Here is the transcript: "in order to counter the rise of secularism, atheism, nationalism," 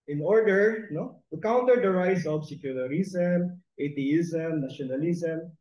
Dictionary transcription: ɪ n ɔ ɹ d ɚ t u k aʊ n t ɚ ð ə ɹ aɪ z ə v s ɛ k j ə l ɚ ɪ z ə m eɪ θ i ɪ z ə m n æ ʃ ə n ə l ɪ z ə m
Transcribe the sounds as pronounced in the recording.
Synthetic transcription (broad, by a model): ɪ n ɔ ɹ d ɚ t u k aʊ n t ɚ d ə ɹ aɪ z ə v s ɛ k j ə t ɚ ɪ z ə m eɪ t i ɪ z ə m n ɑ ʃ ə n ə l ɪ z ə m